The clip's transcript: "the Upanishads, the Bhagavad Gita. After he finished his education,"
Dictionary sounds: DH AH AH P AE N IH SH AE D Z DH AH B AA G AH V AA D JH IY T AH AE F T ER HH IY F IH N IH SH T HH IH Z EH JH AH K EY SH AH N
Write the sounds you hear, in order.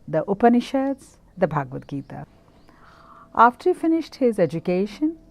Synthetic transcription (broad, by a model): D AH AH P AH N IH SH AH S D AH B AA G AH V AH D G IY T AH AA F T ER HH IY F IH N IH SH T HH IH Z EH JH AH K EY SH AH N